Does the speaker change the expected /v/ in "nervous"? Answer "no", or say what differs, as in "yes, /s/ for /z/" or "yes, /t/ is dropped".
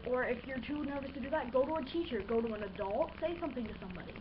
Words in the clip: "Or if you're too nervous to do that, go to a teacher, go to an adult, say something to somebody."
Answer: no